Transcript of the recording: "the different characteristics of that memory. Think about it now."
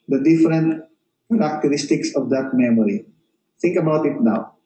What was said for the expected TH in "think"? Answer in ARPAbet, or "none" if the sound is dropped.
T